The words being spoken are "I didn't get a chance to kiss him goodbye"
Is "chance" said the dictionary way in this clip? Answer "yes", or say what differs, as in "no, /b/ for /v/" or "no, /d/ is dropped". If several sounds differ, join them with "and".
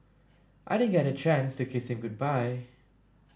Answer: yes